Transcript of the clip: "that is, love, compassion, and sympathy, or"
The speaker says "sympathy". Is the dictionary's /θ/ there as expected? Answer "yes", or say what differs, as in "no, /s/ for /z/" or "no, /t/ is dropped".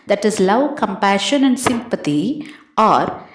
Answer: no, /t/ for /θ/